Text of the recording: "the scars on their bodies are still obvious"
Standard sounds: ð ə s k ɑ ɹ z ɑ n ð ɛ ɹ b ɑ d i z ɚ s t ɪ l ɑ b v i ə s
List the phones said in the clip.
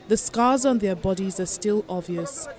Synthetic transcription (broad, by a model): ð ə s k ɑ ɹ z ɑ n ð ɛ b ɑ d i z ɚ s t ɪ l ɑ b v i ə s